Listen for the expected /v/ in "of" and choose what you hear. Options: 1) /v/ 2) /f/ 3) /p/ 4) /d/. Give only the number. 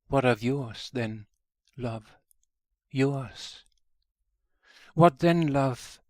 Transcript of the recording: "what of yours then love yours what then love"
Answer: 1